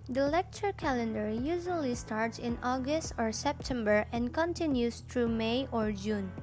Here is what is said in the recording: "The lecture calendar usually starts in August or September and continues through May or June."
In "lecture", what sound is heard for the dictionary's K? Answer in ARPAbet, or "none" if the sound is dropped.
K